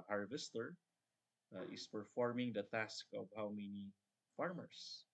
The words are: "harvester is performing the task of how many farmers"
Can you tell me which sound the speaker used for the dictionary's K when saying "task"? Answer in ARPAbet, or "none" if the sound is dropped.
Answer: K